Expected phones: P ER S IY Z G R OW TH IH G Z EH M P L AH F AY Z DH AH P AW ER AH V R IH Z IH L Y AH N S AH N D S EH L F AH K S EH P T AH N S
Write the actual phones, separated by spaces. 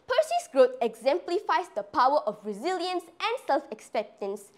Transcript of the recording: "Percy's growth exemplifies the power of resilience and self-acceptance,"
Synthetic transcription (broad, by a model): P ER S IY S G R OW T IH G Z EH M P L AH F AY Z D AH P AW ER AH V R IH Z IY L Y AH N S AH N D S EH L F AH K S EH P T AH N S